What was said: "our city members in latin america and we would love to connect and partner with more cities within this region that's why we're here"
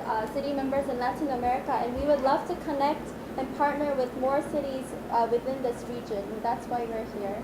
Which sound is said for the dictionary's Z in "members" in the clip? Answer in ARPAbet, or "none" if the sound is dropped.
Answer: Z